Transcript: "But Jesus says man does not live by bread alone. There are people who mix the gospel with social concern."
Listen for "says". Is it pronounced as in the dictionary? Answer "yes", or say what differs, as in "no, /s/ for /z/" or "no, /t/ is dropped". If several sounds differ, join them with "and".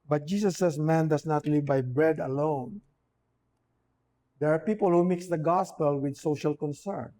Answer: no, /s/ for /z/